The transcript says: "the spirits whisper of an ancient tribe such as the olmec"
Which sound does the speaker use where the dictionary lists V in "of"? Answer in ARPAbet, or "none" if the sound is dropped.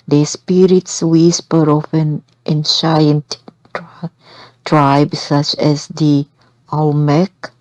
F